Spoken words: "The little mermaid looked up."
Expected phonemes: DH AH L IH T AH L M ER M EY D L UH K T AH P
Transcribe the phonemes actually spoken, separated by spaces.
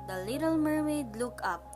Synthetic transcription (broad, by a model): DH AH L IH T AH L M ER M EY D L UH K AH P